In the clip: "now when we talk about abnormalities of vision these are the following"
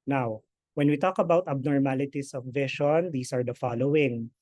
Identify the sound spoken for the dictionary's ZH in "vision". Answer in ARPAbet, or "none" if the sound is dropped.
SH